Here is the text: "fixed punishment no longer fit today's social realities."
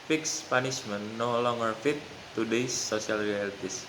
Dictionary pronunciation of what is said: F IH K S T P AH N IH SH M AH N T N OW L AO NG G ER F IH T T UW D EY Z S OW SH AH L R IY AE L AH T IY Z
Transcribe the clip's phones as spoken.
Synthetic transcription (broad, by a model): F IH K S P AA N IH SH M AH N N OW L AO NG G ER F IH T T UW D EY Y S OW S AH L R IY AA L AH T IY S